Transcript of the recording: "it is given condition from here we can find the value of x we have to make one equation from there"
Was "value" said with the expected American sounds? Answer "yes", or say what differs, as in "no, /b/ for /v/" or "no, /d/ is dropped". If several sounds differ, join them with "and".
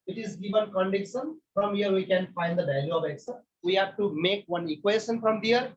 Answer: no, /b/ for /v/